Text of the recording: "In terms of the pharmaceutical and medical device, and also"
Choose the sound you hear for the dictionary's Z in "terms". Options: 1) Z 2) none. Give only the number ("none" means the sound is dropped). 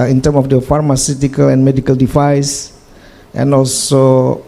2